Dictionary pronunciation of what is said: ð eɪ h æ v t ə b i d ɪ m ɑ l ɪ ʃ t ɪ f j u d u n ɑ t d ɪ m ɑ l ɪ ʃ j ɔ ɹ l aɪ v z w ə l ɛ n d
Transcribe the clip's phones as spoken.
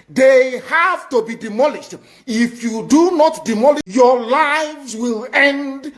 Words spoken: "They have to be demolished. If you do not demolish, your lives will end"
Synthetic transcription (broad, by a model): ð eɪ h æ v t ə b i d ɪ m ɑ l ɪ ʃ t ɪ f j u d u n ɑ t d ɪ m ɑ l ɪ j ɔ l aɪ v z w ə l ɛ n d